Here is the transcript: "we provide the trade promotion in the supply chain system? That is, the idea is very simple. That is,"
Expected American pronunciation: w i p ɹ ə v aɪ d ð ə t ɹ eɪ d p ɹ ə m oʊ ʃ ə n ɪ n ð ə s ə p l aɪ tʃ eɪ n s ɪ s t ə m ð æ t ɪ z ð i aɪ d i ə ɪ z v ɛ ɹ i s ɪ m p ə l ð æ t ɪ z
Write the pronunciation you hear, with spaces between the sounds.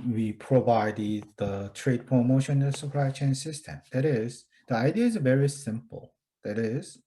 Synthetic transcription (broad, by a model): w i p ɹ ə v aɪ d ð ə t ɹ eɪ d p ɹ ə m oʊ ə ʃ ɪ n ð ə s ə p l aɪ tʃ eɪ n s ɪ s t ə m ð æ t ɪ z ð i aɪ d i ə ɪ z v ɛ ɹ i s ɪ m p ə l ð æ t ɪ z